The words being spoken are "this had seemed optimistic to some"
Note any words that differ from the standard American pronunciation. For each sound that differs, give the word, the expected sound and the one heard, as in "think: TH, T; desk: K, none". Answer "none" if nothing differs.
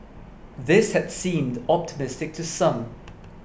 none